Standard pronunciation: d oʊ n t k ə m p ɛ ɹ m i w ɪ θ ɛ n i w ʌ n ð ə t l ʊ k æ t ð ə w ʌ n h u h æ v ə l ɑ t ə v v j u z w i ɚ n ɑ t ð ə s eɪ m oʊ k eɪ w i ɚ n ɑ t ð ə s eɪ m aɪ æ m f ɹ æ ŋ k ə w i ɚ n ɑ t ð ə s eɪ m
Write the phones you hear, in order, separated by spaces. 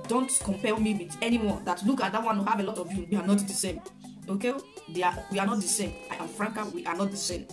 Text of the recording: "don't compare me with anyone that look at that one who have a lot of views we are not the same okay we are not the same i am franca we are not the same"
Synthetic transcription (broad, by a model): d oʊ n t k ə m p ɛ l m i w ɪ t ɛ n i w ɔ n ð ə t l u k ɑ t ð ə w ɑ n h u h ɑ v ə l ɑ t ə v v j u w i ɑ n ɑ t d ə s eɪ m oʊ k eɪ w i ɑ n ɑ t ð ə s eɪ m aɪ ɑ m f ɹ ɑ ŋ k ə w i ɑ n ɑ t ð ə s eɪ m